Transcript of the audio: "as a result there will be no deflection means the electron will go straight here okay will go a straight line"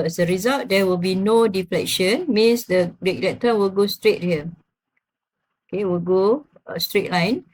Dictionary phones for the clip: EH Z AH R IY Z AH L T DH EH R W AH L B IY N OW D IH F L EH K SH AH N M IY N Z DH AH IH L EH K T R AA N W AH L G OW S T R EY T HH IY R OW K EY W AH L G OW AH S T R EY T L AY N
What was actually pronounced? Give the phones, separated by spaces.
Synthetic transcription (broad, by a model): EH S AH R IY Z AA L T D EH W AH L B IY N OW D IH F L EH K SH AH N M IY N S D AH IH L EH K T AA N W AH L G OW S T R EY T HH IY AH OW K EY W AH L G OW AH S T R EY T L AY N